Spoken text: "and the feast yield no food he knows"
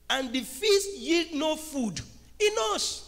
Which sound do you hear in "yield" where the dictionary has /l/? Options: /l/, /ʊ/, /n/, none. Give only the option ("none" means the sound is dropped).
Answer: /l/